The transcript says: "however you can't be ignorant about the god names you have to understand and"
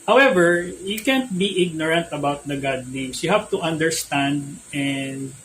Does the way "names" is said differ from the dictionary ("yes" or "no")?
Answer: yes